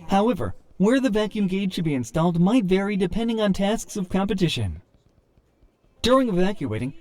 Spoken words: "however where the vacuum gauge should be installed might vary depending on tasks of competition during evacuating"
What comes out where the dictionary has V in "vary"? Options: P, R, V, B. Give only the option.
V